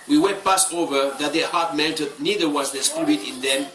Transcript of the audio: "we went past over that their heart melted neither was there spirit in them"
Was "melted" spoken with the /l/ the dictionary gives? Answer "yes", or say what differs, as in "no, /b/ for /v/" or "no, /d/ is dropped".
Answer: no, /n/ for /l/